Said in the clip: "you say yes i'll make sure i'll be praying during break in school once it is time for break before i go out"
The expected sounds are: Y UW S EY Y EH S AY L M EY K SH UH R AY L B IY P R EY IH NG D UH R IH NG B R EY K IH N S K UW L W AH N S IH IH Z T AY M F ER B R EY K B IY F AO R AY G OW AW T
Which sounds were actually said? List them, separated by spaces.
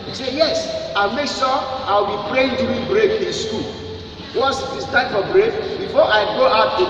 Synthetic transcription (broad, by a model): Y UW S EY Y EH S AY M EY K S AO AY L B IY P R EY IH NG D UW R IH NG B R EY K IH N S K UW L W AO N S IH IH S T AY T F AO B R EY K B IY F AO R AY G OW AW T